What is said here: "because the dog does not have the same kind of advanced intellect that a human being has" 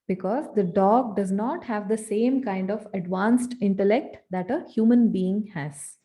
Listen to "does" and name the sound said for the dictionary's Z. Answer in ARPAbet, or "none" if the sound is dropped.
Z